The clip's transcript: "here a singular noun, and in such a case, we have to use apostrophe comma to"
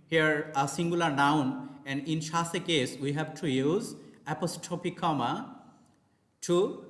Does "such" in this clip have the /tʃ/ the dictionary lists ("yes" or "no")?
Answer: no